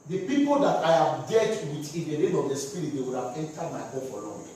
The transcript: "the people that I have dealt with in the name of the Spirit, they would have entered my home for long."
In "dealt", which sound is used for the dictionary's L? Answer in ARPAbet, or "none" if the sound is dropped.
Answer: none